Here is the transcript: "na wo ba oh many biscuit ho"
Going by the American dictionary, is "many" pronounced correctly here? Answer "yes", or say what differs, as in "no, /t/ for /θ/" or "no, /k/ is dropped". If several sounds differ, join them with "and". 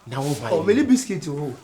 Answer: no, /l/ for /n/